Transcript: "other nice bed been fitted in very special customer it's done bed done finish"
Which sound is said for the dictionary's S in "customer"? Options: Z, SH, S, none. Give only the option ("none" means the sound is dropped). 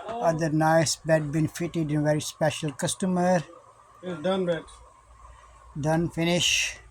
S